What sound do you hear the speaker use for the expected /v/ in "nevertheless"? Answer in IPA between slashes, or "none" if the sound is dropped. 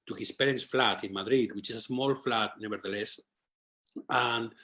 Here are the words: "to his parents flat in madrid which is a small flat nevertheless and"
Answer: /b/